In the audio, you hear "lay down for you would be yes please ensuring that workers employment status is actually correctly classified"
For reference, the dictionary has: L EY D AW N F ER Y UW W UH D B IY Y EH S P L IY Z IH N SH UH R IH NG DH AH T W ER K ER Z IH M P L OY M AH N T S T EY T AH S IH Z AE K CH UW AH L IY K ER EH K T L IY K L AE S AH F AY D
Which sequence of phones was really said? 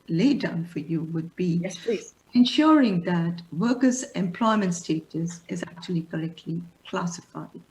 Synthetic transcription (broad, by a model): L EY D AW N F ER Y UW W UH D B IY IY IH N SH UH R IH NG DH AH T W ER K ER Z IH M P L OY M AH N T S T EY T AH S IH Z AE K CH UW AH L IY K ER EH K T L IY K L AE S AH F AY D